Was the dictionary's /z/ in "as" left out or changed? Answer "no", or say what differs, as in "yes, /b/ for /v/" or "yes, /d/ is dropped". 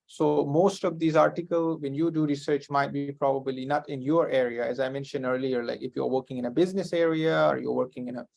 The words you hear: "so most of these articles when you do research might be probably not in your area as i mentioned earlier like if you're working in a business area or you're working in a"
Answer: no